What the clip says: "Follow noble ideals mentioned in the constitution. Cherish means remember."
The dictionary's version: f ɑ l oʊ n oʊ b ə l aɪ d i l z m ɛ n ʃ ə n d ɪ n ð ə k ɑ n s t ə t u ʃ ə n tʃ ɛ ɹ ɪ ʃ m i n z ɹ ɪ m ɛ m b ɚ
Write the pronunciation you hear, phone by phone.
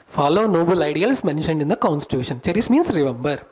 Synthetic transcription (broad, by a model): f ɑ l oʊ n oʊ b ə l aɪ d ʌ l s m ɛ n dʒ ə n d ɪ n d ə k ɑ n s t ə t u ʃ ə n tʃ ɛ ɹ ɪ s m i n s ɹ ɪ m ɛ m b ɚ